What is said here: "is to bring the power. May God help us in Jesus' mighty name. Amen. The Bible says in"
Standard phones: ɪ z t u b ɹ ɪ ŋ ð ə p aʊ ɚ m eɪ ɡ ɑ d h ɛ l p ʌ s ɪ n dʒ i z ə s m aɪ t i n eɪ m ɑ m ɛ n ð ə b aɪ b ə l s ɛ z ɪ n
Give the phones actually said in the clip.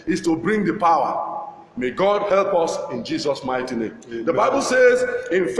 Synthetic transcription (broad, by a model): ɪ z t u b ɹ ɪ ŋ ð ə p aʊ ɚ m eɪ ɡ ɑ d h ɛ l p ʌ s ɪ n dʒ i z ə s m aɪ t i n eɪ m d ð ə b aɪ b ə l s ɛ z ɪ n